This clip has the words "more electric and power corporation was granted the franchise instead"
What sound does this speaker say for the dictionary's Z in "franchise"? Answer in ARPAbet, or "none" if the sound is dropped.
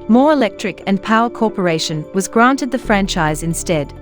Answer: Z